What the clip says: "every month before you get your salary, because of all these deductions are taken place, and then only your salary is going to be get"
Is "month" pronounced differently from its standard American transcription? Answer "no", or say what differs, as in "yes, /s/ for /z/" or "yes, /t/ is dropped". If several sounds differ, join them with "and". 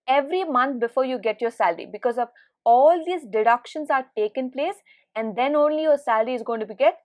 yes, /t/ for /θ/